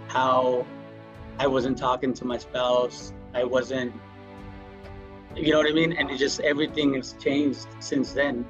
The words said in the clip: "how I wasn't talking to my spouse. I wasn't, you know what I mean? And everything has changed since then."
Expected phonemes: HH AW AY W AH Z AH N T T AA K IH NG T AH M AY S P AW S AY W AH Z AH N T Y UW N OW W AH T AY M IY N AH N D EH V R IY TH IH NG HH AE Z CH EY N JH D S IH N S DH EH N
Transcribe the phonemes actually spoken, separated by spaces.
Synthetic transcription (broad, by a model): HH AW AY W AH Z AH N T T AA K IH NG T AH M AY S P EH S AY W AH Z AH N T Y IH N OW W AH T AY M IY N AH N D EH V R IY TH IH NG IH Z CH EY N JH D S IH N S DH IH N